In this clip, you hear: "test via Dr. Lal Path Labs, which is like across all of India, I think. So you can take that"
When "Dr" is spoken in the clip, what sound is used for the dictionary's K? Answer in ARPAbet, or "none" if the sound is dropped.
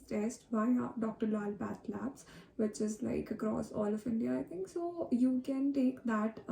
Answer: K